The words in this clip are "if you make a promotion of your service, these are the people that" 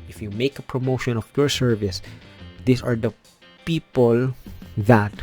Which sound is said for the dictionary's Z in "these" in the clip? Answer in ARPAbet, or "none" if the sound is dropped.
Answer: S